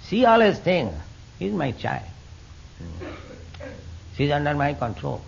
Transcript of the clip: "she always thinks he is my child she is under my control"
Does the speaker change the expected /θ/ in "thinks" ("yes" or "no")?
yes